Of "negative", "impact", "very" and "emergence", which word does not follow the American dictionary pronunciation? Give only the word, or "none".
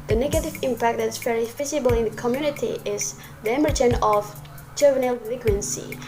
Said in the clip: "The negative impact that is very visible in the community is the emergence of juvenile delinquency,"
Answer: emergence